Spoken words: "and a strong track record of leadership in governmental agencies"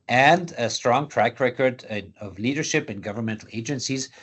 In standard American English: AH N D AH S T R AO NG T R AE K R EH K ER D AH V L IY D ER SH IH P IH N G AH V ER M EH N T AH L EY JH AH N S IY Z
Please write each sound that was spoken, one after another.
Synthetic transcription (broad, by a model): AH N D AH S T R AO NG T R AE K R EH K ER D AH V L IY D ER SH IH P IH N G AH V ER M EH N T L EY JH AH N S IY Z